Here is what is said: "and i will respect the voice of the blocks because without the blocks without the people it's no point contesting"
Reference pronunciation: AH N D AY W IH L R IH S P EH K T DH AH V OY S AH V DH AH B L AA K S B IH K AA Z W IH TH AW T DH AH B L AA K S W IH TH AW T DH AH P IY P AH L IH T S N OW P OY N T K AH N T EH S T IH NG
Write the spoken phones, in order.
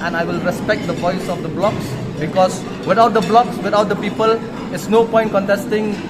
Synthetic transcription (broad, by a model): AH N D AY W IH L R IH S P EH K T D AH V OY S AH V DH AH B L AA K S B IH K AA S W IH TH AW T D AH B L AA K S W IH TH AW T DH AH P IY P AH L IH T S N OW P OY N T K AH N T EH S T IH NG